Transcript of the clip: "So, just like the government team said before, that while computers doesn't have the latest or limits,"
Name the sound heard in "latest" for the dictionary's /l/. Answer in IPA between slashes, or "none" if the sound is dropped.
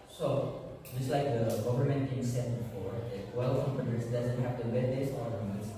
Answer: /w/